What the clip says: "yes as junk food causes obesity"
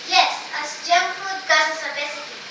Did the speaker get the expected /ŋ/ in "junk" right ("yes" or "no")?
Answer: no